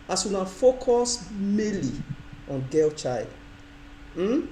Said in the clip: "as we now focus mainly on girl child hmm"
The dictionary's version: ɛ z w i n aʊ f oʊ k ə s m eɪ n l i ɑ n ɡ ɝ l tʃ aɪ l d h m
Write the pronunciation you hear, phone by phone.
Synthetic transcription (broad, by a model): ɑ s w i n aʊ f oʊ k ə s m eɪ l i ɑ n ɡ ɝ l tʃ aɪ l d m